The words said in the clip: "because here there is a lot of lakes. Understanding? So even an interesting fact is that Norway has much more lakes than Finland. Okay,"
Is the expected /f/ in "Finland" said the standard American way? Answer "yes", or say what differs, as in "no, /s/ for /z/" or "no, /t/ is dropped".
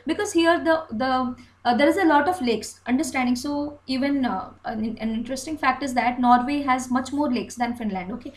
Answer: yes